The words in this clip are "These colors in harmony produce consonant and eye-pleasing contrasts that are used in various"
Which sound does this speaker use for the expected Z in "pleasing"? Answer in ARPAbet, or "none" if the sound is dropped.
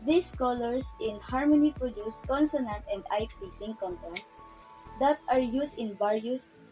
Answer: S